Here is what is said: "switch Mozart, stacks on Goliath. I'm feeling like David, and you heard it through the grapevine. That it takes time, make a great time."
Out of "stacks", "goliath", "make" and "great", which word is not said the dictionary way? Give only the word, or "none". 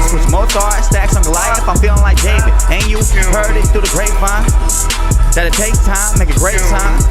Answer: goliath